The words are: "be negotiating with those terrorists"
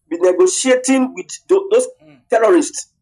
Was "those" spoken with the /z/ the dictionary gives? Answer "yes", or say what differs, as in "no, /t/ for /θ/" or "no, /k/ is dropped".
no, /s/ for /z/